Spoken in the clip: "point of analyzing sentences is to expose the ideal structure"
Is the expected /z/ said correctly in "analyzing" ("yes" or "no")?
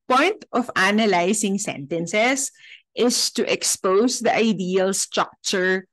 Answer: no